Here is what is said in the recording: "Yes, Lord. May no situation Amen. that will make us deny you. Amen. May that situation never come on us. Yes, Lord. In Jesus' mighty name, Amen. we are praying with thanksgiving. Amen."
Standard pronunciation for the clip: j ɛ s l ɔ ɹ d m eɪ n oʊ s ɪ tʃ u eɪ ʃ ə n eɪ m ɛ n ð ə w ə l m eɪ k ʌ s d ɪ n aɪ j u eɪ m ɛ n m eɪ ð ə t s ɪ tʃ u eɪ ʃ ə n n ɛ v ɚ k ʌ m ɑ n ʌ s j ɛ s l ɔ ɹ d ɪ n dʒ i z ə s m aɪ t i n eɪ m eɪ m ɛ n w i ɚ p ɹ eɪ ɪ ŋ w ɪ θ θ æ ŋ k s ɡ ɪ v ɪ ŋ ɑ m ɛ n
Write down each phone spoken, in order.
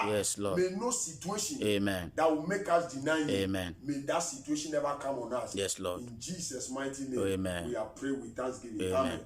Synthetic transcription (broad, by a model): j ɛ s l ɔ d m eɪ n oʊ s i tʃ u eɪ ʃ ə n eɪ m ɛ n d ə w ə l m eɪ k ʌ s d ɪ n aɪ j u eɪ m ɛ n m eɪ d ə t s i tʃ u eɪ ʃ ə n n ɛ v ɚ k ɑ m ɑ n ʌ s j ɛ s l ɔ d ɪ n dʒ i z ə s m aɪ t i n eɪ eɪ m ɛ n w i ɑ p ɹ eɪ w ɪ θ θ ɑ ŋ s ɡ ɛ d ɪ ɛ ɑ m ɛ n